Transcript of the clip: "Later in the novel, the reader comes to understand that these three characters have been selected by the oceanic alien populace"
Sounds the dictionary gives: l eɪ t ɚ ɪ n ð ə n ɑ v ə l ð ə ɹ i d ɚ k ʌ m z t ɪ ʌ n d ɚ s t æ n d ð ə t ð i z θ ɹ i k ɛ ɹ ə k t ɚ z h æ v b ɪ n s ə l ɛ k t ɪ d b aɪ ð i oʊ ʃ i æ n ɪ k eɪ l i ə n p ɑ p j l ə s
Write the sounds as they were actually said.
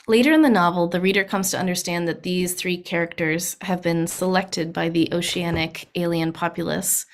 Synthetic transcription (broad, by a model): l eɪ t ɚ ɪ n ð ə n ɑ v l ð ə ɹ i d ɚ k ʌ m z t ɪ ʌ n d ɚ s t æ n ð ə t ð i z θ ɹ i k ɛ ɹ ə k t ɚ z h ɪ v b ɪ n s ə l ɛ k t ɪ d b aɪ ð i oʊ ʃ i æ n ɪ k eɪ l i ə n p ɑ p j l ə s